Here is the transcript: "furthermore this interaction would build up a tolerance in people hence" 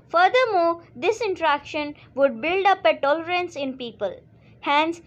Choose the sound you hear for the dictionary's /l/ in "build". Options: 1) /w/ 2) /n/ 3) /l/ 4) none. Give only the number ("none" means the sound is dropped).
3